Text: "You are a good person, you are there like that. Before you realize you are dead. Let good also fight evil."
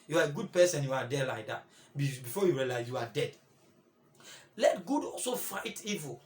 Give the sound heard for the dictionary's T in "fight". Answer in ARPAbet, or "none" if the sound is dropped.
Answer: T